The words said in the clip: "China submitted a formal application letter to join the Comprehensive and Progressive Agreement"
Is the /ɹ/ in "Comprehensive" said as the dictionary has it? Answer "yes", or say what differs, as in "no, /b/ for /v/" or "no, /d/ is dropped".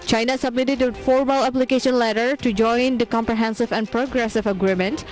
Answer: yes